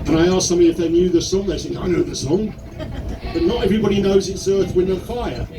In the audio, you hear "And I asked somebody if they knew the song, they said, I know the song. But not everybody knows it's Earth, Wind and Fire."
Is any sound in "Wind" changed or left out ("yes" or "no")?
yes